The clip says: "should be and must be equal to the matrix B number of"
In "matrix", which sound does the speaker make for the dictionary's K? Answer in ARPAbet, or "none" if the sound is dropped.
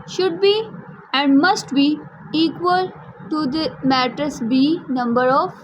none